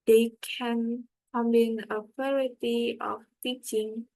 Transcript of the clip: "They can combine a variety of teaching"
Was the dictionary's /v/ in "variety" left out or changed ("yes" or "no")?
yes